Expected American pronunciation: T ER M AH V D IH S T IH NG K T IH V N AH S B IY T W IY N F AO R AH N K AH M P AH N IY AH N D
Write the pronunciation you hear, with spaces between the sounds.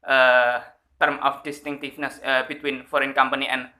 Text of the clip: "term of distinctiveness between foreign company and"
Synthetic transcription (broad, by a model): T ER M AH F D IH S T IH NG K T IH F N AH S B IY T W IY N F AO R AH N K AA M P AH N IY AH N